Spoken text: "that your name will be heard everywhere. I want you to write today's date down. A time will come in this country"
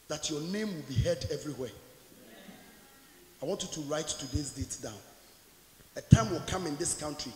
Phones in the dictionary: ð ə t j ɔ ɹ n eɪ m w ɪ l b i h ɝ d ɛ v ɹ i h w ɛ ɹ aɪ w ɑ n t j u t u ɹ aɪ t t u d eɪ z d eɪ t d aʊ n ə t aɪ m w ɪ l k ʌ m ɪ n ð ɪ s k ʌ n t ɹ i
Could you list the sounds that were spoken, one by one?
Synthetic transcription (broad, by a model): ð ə t j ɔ n eɪ m w ɪ l b i h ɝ d ɛ v ɹ i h w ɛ aɪ w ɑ n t j u t u ɹ aɪ t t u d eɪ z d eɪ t d aʊ n ə t aɪ m w ɪ l k ʌ m ɪ n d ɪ s k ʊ n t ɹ i